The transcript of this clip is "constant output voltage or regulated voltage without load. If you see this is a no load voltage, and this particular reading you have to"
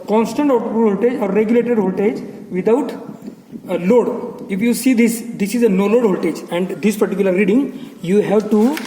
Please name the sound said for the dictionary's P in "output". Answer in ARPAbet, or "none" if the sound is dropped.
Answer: none